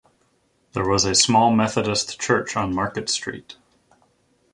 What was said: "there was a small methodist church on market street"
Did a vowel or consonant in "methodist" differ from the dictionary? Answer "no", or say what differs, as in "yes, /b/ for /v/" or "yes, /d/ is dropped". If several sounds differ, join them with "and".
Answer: no